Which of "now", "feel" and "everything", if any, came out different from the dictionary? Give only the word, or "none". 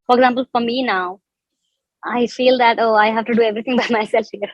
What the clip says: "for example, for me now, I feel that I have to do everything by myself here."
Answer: everything